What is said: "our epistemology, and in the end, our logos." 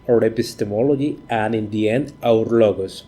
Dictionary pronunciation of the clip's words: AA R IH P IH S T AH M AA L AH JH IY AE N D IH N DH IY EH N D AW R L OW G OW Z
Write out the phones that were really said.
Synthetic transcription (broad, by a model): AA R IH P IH S T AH M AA L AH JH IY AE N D IH N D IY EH N AW R L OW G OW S